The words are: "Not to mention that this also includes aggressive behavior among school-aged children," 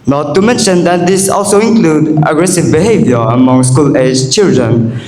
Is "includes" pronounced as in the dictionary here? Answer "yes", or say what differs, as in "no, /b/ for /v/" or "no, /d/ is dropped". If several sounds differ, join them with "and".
no, /z/ is dropped